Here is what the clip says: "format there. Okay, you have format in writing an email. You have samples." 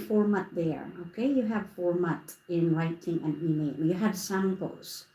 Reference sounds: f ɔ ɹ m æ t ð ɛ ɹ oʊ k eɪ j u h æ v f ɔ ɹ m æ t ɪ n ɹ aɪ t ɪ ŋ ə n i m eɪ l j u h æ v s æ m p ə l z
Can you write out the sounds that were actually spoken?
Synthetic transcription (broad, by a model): f ɔ ɹ m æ t ð ɛ ɹ oʊ k eɪ j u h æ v f ɔ ɹ m æ t ɪ n ɹ aɪ t ɪ ŋ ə n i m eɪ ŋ j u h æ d s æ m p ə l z